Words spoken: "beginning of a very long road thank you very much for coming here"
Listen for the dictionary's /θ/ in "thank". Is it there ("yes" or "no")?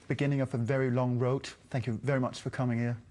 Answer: yes